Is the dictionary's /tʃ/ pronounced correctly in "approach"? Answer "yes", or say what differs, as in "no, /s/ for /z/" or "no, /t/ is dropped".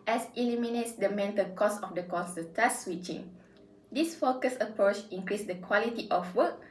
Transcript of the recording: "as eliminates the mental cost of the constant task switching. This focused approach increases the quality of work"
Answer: yes